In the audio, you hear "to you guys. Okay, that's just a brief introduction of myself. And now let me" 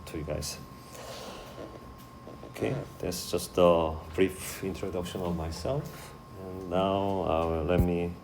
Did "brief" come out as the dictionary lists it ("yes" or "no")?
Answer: yes